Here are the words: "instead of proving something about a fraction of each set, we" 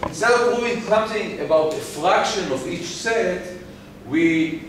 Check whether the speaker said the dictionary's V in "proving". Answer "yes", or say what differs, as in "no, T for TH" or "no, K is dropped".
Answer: no, V is dropped